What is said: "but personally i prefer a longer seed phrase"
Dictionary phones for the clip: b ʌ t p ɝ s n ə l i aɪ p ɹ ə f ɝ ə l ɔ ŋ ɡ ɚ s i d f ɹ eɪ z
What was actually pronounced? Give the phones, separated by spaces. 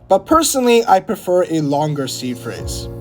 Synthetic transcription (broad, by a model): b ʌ t p ɝ s n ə l i aɪ p ɹ ə f ɝ ə l ɔ ŋ ɡ ɚ s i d f ɹ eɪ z